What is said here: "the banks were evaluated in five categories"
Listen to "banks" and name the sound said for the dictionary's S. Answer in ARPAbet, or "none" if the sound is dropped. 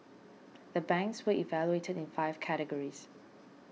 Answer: S